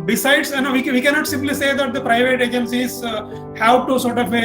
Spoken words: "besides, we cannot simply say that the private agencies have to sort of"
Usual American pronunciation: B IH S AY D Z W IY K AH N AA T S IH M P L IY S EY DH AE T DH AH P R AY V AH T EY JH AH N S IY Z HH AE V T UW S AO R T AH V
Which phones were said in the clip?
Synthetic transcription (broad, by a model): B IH S AY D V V IY K AH N AA T S IH M P L IY S EY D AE T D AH P R AY V AH T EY JH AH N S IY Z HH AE P T UW S AO R T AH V